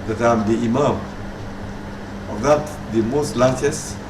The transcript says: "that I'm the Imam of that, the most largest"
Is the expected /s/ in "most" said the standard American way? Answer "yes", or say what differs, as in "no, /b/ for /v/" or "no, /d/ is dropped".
yes